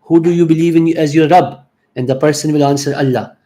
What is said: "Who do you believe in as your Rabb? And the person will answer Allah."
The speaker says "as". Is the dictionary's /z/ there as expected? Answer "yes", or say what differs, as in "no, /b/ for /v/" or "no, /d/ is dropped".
yes